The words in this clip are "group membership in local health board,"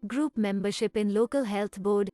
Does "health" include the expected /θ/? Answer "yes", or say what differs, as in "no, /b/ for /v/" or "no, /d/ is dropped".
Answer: no, /t/ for /θ/